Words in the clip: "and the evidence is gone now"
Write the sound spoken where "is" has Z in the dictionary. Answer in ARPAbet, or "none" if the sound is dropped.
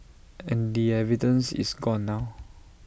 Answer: S